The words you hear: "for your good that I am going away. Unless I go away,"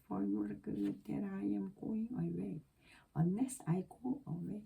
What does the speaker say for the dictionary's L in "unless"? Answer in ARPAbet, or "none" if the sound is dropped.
none